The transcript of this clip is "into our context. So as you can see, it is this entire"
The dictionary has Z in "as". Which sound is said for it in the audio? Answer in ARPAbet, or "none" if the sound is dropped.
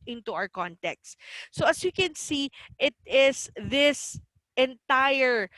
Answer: S